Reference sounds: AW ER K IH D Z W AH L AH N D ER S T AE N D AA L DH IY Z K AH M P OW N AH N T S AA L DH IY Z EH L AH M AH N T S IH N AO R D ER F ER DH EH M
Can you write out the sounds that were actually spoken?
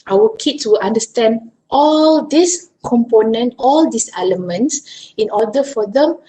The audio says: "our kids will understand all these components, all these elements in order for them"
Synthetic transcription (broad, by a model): AW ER K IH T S W AH L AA N D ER S T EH N D AA L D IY S K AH M P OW N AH N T AA L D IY S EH L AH M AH N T S IH N AO D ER F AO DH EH M